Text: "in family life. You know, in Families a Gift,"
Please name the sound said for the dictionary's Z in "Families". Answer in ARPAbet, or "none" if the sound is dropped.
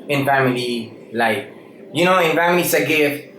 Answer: S